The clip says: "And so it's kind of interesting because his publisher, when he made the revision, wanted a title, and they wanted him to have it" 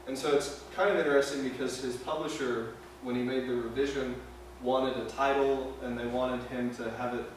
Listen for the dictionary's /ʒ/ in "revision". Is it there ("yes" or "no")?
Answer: yes